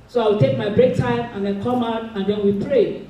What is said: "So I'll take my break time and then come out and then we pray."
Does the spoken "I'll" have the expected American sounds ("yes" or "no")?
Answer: no